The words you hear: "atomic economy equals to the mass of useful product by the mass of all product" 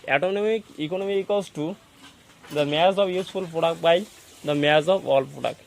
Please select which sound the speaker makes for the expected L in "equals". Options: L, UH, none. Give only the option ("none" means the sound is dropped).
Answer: none